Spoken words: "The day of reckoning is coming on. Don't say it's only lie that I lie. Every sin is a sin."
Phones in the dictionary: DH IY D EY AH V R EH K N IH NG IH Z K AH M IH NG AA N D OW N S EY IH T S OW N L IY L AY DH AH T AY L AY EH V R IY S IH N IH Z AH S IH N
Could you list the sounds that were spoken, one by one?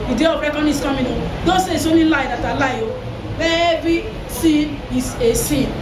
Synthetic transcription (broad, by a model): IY D EY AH B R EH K IH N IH S K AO M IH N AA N D OW N S EY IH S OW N IY L AY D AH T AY L AY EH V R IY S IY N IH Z AH S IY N